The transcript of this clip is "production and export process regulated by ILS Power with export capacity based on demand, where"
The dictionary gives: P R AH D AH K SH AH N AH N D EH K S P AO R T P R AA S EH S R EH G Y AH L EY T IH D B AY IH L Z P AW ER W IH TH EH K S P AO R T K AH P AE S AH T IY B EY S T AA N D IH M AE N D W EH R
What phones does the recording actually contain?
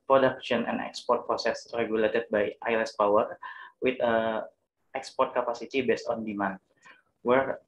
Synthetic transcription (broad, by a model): P R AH D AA K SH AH N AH N EH K S P AO R T P R AA S EH S R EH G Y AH L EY T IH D B AY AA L S P AW ER W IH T EH K S P AO R T K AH P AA S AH T IY B EY S T AA N D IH M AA N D W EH R